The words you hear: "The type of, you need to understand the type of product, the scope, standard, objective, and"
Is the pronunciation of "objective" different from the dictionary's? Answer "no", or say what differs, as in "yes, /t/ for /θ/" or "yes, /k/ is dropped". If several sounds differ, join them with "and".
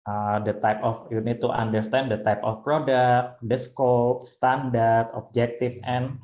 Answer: yes, /f/ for /v/